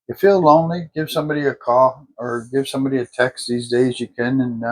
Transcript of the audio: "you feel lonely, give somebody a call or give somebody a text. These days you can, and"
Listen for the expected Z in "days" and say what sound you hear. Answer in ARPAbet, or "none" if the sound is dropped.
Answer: Z